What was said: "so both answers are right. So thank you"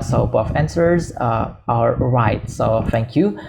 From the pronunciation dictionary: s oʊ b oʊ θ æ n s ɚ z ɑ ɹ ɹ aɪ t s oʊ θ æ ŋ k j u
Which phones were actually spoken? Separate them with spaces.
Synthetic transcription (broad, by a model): s oʊ b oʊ f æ n s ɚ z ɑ l ɹ aɪ t s oʊ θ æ ŋ k j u